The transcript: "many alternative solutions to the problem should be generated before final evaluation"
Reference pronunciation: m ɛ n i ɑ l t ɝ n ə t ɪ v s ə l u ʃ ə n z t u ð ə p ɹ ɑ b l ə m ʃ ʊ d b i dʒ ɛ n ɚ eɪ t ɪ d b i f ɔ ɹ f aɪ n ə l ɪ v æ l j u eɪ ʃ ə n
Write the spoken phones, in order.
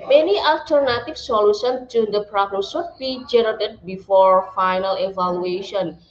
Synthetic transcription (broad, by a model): m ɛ n i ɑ l t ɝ n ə t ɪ f s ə l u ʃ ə n t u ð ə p ɹ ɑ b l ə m s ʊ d b i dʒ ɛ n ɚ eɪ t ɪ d b i f ɔ ɹ f aɪ n ə l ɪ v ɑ l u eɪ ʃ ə n